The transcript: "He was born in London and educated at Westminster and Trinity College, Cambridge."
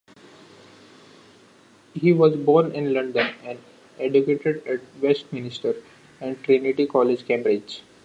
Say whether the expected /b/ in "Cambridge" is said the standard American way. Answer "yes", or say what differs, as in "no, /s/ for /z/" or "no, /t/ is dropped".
no, /b/ is dropped